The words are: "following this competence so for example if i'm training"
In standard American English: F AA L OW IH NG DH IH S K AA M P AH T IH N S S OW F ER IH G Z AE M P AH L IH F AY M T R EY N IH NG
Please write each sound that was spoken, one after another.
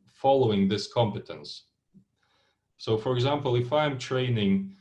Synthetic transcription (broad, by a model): F AA L OW IH NG DH IH S K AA M P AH T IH N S S OW F ER IH G Z AE M P AH L IH F AY M T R EY N IH NG